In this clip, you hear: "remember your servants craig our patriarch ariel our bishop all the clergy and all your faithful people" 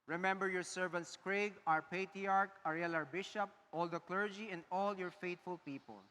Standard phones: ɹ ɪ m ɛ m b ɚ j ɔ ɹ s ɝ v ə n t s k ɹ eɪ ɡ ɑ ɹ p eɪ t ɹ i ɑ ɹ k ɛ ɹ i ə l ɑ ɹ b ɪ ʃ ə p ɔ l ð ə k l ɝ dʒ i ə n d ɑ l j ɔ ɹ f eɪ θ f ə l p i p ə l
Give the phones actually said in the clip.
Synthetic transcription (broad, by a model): ɹ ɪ m ɛ m b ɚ j ɔ ɹ s ɝ v ə n t s k ɹ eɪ ɡ ɑ ɹ p eɪ t ɹ i ɑ ɹ k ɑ ɹ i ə l ɑ ɹ b ɪ ʃ ə p ɔ l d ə k l ɝ dʒ i ə n d ɑ l j ɔ ɹ f eɪ t f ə l p i p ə l